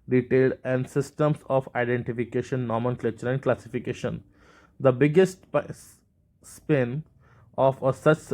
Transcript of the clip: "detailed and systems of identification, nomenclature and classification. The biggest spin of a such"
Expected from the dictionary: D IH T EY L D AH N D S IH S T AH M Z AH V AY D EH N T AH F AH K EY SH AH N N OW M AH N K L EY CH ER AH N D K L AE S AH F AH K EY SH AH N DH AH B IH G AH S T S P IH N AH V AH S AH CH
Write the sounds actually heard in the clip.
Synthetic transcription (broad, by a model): D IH T EY L D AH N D S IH S T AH M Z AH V AY D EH N T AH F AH K EY SH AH N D M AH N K L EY CH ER AH N D K L AE S AH F AH K EY SH AH N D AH B IH G AH S T S P IH N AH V AH S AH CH